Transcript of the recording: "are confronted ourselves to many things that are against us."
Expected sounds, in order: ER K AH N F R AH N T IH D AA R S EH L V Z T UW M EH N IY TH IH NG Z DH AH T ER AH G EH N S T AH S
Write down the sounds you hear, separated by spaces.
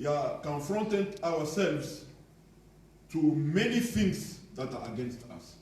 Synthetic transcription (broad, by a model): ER K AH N F R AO N T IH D AA W S EH L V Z T UW M EH N IY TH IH NG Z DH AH T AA AH G EH N S T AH S